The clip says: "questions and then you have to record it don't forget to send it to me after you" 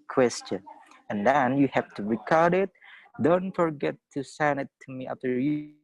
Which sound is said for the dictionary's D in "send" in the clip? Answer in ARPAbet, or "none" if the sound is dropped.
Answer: none